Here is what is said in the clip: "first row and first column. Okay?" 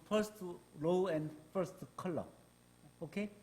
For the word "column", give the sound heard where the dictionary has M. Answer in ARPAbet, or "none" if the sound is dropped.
none